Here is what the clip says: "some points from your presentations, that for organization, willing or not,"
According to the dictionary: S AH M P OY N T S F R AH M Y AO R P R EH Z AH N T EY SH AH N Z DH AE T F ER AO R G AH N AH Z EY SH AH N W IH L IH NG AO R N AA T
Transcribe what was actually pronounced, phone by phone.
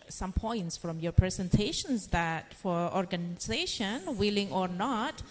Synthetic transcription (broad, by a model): S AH M P OY N T S F R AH M Y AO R P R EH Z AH N T EY SH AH N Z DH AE T F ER AO R G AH N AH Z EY SH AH N W IH L IH NG AO R N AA T